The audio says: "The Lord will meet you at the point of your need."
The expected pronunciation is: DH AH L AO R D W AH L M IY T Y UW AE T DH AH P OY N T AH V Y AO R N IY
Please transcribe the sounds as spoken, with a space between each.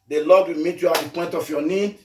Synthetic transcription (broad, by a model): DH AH L AO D W AH L M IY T Y UW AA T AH P OY N T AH F Y AO N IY